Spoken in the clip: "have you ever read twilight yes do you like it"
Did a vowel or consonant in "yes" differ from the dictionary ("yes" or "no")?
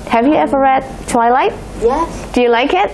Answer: yes